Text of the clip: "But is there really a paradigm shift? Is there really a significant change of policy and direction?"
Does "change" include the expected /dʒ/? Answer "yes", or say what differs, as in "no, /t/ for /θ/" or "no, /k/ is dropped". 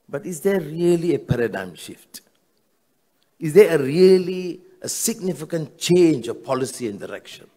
yes